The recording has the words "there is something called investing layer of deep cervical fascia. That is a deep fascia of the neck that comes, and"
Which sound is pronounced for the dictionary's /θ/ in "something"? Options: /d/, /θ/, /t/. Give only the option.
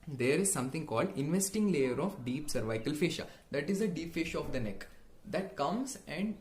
/t/